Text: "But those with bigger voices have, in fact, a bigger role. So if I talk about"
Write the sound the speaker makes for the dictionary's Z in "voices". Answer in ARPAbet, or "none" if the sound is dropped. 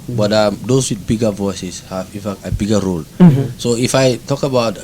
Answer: S